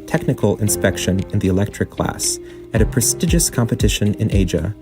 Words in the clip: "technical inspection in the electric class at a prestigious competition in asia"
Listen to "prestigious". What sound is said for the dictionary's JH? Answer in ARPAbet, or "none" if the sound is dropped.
JH